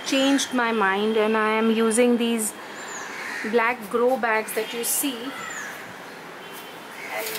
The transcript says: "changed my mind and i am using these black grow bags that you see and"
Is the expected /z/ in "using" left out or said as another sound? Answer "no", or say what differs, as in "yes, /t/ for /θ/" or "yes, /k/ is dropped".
no